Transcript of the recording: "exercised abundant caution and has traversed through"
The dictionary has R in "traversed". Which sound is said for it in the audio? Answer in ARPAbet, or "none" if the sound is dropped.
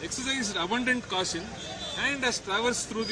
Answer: R